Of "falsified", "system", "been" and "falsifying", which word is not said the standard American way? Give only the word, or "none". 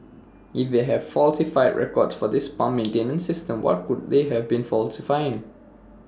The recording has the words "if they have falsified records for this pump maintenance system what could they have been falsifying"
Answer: none